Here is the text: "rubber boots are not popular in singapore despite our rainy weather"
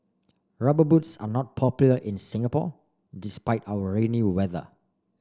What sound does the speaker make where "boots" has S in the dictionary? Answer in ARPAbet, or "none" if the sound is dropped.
S